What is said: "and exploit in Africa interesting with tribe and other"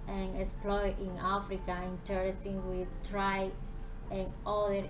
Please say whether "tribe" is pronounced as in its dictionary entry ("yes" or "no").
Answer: no